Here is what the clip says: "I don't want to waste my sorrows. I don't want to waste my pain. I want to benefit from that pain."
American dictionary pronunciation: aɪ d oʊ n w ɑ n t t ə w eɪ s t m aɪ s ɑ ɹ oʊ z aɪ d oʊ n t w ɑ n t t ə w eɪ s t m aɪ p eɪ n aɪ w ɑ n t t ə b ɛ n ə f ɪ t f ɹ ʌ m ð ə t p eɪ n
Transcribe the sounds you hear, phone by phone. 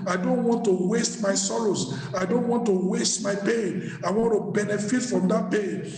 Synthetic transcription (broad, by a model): aɪ d oʊ n w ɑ n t t ə w eɪ s t m aɪ s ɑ l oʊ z aɪ d oʊ n t w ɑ n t t ə w eɪ s t m aɪ p eɪ n aɪ w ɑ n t t ə b ɛ n ə f ɪ t f ɹ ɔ m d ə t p eɪ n